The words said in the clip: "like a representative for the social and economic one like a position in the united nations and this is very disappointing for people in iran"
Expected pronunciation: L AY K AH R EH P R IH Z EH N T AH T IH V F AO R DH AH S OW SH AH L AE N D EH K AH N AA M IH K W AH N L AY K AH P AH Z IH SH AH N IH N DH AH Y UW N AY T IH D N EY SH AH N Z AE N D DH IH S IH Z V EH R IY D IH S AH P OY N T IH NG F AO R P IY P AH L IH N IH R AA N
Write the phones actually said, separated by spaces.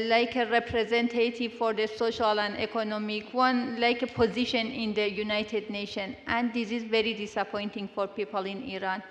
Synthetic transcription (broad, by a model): L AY K AH R EH P R IH Z EH N T AH T IH V F AO R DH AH S OW SH AH L AE N D EH K AH N AA M IH K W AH N L AY K AH P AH Z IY SH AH N IH N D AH Y UW N AY T IH D N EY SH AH N AE N D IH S IH Z V EH R IY D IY S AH P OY N T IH NG F AO R P IY P AH L IH N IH R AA N